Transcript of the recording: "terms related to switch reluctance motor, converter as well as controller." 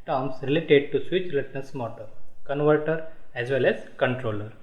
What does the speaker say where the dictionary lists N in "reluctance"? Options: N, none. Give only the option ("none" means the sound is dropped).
none